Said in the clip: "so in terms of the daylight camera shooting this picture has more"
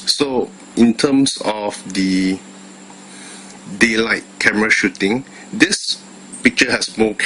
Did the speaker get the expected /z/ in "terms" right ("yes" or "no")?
no